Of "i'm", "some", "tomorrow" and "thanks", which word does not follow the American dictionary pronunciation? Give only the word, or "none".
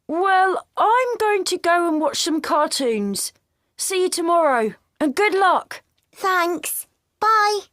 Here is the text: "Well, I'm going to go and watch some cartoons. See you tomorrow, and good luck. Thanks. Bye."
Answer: none